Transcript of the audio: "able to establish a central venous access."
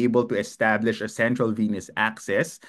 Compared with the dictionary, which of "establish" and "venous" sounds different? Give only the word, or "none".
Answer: none